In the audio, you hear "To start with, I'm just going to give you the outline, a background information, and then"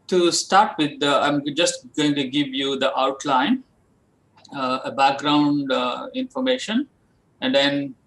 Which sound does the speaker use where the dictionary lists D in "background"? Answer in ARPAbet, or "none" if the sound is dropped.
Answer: D